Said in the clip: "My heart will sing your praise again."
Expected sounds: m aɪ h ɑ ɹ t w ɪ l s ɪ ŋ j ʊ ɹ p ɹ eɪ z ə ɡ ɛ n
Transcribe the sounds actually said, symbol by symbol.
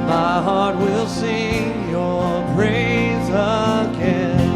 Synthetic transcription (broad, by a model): m aɪ h ɑ ɹ t w ɪ l s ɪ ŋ j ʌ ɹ p ɹ eɪ z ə ɡ ɛ n